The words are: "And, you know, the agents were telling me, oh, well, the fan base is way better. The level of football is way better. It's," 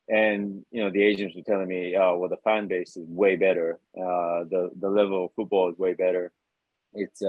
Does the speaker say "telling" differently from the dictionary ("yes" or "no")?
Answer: no